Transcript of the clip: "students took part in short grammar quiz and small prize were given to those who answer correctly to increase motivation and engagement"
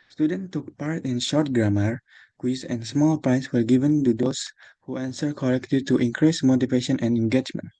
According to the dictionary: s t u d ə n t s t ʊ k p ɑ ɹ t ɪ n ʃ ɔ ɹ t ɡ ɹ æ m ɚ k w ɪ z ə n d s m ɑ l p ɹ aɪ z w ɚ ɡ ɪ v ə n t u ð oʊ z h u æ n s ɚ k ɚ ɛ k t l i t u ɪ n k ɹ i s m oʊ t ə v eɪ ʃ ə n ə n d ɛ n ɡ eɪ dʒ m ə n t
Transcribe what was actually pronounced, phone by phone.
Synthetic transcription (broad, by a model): s t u d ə n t t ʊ k p ɑ ɹ t ɪ n ʃ ɔ ɹ t ɡ ɹ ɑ m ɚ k w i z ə n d s m ɑ l p ɹ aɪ s w ɚ ɡ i v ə n t u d oʊ s h u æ n s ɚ k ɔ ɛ k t l i t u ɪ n k ɹ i s m oʊ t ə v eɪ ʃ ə n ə n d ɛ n ɡ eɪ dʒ m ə n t